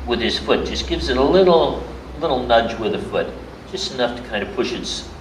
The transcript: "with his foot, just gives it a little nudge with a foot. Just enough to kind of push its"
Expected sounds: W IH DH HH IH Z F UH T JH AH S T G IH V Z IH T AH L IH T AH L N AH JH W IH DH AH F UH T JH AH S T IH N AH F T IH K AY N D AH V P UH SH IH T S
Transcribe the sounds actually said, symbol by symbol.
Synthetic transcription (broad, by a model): W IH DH IH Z F UH T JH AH S G IH V Z IH T AH L IH T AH L N AH JH W IH DH AH F UH T JH AH S T IH N AH F T IH K AY N D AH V P UH SH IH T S